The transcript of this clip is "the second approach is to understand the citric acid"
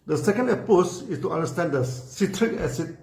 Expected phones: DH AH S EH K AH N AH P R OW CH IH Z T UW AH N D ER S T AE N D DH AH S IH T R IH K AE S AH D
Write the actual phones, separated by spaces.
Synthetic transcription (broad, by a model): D AH S EH K AH N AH P OW S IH S T UW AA N D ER S T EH N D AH S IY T R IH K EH S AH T